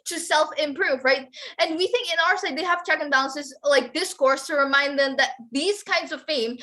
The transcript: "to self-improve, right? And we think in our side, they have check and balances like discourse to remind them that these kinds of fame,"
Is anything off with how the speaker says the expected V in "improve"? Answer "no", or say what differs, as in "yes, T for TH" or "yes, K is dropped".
no